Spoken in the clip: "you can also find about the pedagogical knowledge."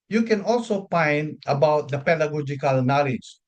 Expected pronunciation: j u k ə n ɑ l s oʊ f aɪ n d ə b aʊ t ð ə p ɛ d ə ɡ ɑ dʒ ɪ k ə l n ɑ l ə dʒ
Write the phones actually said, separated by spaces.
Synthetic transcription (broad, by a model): j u k ə n ɑ l s oʊ p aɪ n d ə b aʊ t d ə p ɛ d ə ɡ ɑ dʒ ɪ k ə l n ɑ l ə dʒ